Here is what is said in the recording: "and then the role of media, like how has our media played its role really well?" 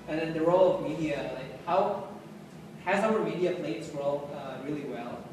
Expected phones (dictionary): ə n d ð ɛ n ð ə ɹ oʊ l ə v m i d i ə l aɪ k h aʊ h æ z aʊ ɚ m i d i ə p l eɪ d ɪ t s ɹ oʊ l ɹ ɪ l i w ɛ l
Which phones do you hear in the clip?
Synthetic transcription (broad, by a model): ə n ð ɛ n ð ə ɹ oʊ l ə v m i d i ə l aɪ k h aʊ h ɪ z aʊ ɚ m i d i ə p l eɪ ɪ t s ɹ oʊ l ɹ ɪ l i w ɛ l